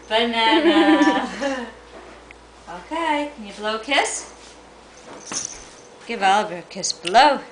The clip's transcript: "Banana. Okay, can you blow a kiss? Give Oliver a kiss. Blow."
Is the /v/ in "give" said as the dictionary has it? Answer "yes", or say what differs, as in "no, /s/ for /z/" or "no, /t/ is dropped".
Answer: yes